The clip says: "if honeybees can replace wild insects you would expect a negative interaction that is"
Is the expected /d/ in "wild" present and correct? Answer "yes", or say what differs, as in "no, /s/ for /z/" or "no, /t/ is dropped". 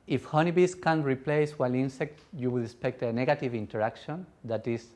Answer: no, /d/ is dropped